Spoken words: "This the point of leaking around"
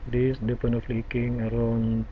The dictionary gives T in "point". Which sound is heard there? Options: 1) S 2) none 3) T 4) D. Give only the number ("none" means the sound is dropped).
2